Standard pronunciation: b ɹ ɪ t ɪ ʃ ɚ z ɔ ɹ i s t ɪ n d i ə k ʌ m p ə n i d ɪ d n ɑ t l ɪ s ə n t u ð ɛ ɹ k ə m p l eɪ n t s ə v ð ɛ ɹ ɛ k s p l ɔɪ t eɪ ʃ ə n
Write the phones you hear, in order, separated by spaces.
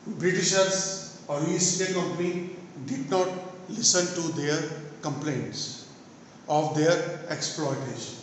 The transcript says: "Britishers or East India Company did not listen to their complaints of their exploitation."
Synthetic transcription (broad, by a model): b ɹ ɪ t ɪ ʃ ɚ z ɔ l i s t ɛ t k ʌ m p ə n i d ɪ d n ɑ t l ɪ s ə n t u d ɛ ɹ k ə m p l eɪ n t s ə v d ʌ ɹ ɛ k s p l ɔɪ t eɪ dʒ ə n